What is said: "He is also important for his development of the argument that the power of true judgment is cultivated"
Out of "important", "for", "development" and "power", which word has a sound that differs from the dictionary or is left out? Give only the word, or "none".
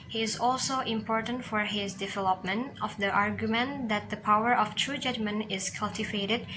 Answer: none